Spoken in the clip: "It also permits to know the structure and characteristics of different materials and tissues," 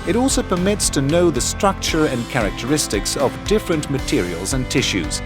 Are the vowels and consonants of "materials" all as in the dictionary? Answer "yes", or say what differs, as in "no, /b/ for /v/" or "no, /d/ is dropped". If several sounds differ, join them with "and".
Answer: yes